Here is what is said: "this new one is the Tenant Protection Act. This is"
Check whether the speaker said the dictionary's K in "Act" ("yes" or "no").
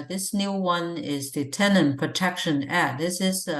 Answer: no